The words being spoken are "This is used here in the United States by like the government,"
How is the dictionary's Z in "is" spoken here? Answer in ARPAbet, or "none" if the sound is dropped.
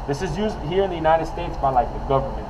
Z